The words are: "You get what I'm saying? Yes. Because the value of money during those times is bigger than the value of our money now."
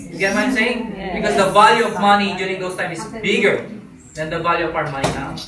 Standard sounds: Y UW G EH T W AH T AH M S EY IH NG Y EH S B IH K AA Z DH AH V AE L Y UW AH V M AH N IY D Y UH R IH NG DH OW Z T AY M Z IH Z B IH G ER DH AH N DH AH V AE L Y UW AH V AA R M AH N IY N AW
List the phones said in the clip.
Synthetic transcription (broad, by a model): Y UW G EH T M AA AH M S EY IH NG B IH K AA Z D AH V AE L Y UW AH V M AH N IY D Y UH R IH NG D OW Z T AY M IH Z B IH G ER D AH N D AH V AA L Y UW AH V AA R M AH N IY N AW